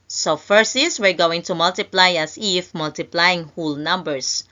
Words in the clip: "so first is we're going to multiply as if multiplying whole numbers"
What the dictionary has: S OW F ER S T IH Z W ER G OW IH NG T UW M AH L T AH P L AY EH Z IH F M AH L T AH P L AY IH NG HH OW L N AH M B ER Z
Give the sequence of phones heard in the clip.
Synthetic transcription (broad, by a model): S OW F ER S IH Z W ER G OW IH NG T UW M AH L T AH P L AY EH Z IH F M AH L T AH P L AY IH NG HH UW L N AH M B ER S